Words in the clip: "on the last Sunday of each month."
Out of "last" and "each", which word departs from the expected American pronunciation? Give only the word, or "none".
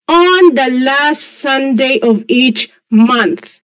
none